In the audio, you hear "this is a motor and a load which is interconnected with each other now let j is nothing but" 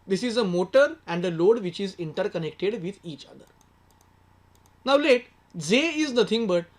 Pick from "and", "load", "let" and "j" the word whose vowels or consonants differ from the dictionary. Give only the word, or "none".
j